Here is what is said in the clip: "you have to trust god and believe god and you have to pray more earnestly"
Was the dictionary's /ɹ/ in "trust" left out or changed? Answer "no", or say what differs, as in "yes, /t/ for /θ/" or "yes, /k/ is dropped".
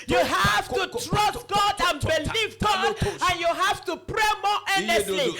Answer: no